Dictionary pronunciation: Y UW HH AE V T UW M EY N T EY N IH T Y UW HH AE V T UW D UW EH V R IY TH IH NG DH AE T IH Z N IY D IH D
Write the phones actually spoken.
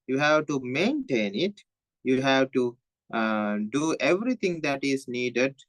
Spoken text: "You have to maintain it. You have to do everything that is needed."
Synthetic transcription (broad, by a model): Y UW HH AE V T UW M EY N T EY N IH T Y UW HH AE V T UW D UW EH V R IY T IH NG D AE T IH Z N IY D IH D